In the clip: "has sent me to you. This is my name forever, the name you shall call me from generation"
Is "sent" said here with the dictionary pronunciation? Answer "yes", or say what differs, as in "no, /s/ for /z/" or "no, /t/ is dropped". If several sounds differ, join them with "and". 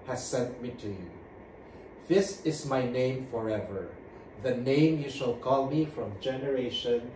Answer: yes